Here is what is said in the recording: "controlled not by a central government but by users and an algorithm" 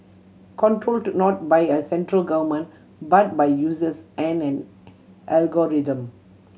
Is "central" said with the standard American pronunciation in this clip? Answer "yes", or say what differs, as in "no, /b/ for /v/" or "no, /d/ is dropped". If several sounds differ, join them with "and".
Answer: yes